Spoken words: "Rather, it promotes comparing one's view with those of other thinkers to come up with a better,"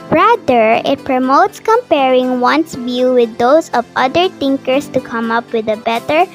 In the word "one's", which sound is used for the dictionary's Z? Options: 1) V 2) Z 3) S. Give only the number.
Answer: 3